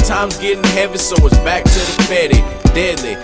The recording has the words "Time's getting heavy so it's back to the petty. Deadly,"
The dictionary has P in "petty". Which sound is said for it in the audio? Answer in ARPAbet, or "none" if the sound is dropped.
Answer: F